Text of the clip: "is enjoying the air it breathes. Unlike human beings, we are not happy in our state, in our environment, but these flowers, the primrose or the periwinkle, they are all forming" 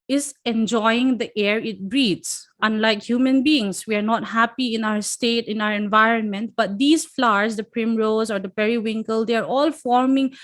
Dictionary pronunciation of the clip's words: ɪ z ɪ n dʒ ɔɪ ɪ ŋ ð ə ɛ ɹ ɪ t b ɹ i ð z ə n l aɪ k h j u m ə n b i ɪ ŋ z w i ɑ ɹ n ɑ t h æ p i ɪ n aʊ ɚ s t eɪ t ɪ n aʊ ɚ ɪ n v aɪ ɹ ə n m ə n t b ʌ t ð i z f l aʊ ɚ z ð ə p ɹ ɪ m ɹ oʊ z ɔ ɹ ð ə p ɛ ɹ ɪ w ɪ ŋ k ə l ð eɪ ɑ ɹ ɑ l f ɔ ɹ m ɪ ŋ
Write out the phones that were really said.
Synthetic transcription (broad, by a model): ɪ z ɪ n dʒ ɔɪ ɪ ŋ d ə ɛ ɹ ɪ t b ɹ i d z ə n l aɪ k h j u m ə n b i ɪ ŋ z w i ɑ ɹ n ɑ t h æ p i ɪ n aʊ ɚ s t eɪ t ɪ n aʊ ɚ ɪ n v aɪ ɹ ə n m ə n t b ʌ t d i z f l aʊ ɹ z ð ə p ɹ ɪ m ɹ oʊ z ɔ ɹ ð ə p ɛ ɹ ɪ w ɪ ŋ k ə l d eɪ ɑ ɹ ɑ l f ɔ ɹ m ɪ ŋ